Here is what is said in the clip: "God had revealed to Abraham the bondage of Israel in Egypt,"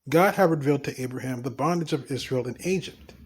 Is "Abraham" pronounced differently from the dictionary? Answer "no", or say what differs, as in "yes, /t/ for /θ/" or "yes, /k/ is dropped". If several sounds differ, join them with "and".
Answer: no